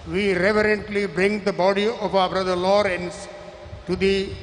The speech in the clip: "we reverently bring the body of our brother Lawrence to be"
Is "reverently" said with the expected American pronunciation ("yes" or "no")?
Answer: yes